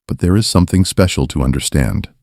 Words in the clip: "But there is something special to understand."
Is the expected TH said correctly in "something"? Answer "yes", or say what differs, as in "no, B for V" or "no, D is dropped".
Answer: yes